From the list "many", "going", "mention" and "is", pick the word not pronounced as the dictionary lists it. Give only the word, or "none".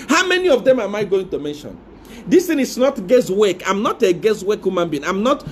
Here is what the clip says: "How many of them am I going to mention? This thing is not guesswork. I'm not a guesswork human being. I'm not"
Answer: is